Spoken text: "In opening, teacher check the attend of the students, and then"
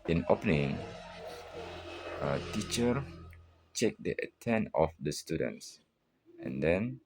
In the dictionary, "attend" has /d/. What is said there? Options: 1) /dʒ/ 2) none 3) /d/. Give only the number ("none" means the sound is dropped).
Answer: 2